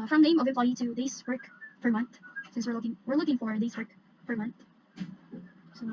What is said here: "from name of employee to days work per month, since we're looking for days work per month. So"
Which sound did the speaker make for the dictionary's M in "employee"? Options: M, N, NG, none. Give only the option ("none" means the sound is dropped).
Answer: none